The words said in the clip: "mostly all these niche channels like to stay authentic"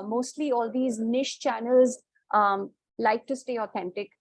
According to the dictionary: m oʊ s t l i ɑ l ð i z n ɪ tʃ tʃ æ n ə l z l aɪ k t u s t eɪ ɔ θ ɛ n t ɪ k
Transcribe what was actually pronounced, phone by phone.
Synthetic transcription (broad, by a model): m oʊ s t l i ɑ l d i z n ɪ ʃ tʃ æ n ə l z l aɪ k t u s t eɪ ɔ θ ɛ n t ɪ k